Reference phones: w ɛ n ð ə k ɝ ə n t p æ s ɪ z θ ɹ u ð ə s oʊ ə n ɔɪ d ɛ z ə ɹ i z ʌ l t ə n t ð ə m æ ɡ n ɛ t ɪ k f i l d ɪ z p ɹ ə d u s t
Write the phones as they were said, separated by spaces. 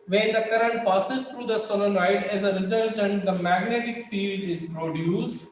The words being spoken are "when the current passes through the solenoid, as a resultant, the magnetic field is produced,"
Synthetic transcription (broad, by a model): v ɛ n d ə k ɝ ə n t p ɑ s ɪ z t ɹ u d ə s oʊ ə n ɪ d ɛ z ə ɹ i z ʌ l t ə n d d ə m æ ɡ n ɛ t ɪ k f i l d ɪ z p ɹ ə d u s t